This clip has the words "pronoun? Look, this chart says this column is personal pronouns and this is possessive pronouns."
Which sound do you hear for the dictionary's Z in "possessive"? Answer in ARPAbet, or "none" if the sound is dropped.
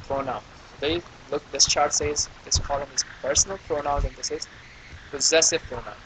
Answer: Z